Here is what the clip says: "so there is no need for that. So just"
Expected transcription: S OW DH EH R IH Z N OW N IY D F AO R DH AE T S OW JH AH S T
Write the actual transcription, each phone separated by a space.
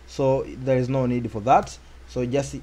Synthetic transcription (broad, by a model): S OW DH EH R IH Z N OW N IY D F AO R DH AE T S OW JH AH S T